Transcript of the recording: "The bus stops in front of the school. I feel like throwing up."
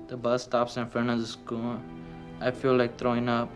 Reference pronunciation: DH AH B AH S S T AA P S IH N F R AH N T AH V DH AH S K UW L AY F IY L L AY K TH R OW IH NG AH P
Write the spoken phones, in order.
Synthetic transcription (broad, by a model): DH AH B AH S S T AA P S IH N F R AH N AH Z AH S K UW L AY F IY L L AY K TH R OW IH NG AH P